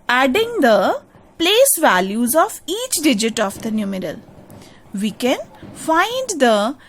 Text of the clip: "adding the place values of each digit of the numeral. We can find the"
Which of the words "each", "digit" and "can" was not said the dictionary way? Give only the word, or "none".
none